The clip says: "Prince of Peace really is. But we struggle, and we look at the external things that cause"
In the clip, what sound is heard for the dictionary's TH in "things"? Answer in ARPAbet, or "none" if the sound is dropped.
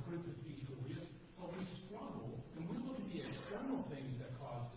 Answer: TH